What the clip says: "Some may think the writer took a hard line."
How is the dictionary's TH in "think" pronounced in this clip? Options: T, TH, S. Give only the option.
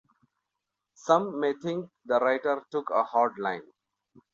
T